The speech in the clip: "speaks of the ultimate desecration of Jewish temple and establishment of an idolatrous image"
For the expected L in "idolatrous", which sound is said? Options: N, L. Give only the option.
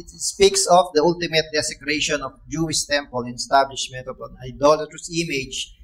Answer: L